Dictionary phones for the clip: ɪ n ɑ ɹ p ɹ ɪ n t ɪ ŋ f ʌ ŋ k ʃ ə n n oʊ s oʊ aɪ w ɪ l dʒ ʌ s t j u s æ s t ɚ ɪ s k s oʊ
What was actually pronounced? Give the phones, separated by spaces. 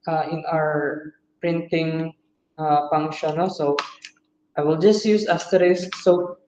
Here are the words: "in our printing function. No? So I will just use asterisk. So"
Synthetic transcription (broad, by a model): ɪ n ɑ ɹ p ɹ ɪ n t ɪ ŋ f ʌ ŋ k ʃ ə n n oʊ s oʊ aɪ w ɪ l dʒ ʌ s t j u s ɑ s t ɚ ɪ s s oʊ